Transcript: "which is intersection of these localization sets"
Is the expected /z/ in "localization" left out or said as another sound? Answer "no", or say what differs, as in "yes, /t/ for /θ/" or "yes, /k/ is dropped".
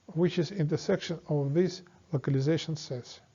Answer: no